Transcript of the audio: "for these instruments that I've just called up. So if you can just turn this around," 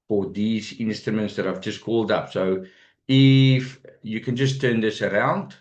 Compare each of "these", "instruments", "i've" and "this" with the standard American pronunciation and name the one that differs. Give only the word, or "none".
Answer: none